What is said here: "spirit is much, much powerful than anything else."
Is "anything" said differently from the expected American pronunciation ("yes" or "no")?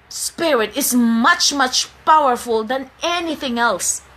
no